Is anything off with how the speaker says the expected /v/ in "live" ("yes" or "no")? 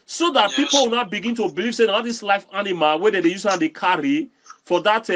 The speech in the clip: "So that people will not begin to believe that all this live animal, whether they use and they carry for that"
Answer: yes